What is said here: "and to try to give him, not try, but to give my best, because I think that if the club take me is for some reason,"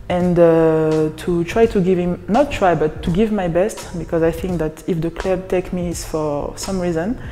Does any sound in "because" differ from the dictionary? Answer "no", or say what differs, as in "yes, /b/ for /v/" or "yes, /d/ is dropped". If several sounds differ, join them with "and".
no